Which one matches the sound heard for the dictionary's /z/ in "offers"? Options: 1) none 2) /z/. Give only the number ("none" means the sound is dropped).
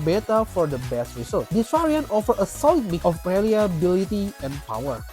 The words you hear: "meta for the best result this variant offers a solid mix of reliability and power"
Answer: 1